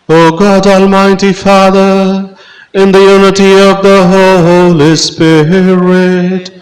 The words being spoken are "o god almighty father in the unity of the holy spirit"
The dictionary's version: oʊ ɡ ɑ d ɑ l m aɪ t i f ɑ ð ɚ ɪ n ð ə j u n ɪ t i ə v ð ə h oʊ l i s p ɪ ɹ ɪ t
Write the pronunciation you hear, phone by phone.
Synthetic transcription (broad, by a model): oʊ ɡ ɑ d ɑ l m aɪ t i f ɑ ð ɚ ɪ n ð ə j u n ɪ t i ə v ð ə h oʊ l i s p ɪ ɹ ɪ t